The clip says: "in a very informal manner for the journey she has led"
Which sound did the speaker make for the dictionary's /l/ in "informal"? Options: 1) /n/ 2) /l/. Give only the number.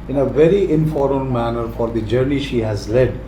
1